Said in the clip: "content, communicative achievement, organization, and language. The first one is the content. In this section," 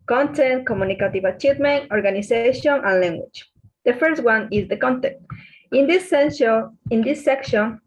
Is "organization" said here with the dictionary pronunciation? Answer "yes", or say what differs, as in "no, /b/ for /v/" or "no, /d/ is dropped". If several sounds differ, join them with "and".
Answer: no, /s/ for /z/